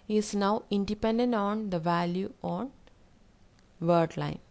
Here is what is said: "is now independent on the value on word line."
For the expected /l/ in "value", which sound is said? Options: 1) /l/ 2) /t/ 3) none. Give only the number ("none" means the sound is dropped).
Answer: 1